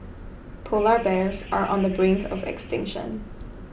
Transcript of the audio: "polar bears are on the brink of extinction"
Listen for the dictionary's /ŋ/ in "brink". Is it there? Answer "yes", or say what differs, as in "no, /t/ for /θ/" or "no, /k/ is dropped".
yes